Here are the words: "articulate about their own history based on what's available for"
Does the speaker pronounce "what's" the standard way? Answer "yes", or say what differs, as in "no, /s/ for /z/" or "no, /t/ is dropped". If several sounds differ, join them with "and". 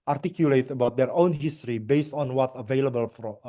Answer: no, /s/ is dropped